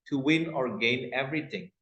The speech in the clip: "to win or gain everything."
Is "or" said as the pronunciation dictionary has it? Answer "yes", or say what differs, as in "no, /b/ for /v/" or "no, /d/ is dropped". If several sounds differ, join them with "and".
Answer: yes